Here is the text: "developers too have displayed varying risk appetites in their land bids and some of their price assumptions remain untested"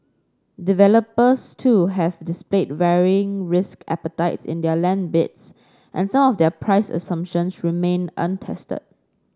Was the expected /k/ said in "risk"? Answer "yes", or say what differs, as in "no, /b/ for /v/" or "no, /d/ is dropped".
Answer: yes